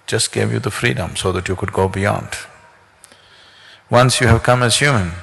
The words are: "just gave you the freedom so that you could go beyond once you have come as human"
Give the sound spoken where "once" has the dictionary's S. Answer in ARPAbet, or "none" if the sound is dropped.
S